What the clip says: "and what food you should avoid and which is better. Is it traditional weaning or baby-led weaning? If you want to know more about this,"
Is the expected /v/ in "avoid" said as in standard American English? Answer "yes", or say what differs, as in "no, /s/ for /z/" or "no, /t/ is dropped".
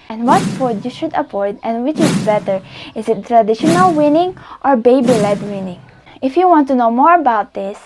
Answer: no, /p/ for /v/